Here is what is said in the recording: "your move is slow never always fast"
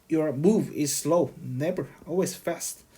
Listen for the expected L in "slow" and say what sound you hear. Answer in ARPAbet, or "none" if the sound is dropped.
L